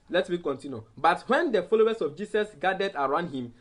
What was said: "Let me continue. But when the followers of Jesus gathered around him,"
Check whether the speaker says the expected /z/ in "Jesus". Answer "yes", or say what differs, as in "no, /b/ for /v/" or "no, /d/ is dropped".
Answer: no, /s/ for /z/